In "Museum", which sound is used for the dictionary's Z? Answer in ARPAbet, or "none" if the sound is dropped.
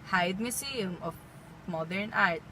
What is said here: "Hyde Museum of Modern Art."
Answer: S